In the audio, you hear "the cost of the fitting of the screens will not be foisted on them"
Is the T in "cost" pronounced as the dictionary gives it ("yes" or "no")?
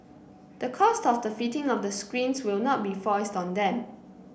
yes